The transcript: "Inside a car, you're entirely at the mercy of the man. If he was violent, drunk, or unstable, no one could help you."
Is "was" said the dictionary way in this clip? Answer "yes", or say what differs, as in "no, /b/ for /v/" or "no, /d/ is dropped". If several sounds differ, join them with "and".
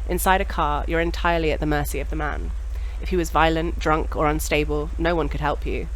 yes